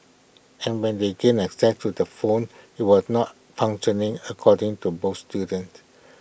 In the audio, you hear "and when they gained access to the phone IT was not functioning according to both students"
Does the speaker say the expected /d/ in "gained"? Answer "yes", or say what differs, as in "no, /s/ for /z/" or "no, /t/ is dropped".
no, /d/ is dropped